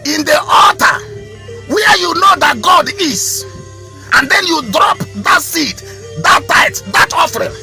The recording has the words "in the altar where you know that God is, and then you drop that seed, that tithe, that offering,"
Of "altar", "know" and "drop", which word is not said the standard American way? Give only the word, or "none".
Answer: altar